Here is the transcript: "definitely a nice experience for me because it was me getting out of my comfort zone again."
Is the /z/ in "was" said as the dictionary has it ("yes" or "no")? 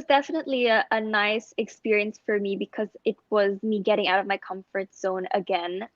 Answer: yes